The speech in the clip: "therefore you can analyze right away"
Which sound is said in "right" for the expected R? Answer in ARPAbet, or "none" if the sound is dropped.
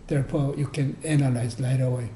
L